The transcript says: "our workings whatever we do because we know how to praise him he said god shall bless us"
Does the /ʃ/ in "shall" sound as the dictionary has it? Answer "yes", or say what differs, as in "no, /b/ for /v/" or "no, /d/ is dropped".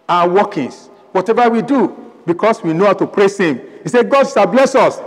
no, /s/ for /ʃ/